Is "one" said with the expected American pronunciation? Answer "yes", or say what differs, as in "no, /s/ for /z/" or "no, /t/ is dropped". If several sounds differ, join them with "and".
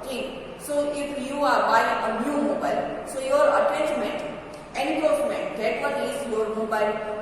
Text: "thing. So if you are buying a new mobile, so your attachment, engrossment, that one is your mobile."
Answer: no, /l/ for /n/